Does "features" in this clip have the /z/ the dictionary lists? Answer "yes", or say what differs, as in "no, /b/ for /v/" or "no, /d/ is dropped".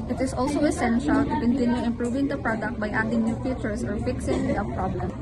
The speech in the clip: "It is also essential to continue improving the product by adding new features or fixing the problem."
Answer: no, /s/ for /z/